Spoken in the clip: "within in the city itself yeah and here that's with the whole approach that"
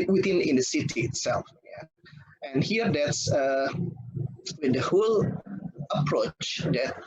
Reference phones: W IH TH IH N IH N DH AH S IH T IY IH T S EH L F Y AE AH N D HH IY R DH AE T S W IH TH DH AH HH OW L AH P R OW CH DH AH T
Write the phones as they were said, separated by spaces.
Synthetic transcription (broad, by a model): W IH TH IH N IH N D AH S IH T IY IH T S EH L F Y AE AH N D HH IY R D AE T S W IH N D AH HH OW L AH P R OW CH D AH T